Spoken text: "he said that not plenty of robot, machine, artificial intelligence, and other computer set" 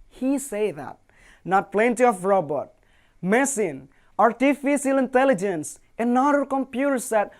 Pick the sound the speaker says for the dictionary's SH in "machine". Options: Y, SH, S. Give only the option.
S